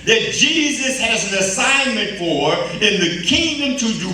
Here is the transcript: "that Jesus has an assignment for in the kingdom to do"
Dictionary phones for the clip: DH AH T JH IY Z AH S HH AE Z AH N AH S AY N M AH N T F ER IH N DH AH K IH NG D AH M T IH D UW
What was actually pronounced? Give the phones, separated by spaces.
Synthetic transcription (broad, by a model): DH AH T JH IY Z AH S HH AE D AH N AH S AY N M AH N T F ER IH N DH AH K IH NG D AH M T IH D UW